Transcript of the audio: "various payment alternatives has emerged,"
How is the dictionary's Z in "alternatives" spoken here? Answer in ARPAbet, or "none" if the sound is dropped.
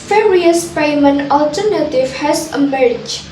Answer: none